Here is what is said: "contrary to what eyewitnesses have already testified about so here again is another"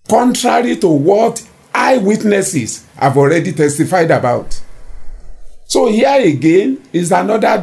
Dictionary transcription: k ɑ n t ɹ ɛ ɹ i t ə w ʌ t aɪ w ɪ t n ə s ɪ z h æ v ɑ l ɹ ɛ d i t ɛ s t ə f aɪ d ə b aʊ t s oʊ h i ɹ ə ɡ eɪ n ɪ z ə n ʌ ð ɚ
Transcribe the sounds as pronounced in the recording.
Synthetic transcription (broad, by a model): k ɑ n t ɹ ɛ ɹ i t ə w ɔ t aɪ w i t n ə s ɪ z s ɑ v ɑ l ɹ ɛ d i t ɛ s t ə f aɪ d ə b aʊ t s oʊ h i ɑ ə ɡ eɪ n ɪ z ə n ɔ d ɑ